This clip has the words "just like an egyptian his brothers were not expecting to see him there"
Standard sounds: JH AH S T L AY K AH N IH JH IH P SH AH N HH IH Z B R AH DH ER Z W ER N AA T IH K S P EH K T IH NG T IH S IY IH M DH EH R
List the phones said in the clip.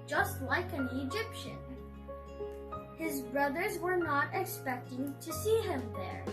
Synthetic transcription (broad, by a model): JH AH S T L AY K AH N IH JH IH P SH AH N HH IH Z B R AH DH ER Z W ER N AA T IH K S P EH K T IH NG T IH S IY IH M DH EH R